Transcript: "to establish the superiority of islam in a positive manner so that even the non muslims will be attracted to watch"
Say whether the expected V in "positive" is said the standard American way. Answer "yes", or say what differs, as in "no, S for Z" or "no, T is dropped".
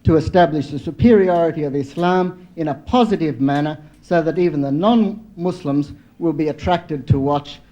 yes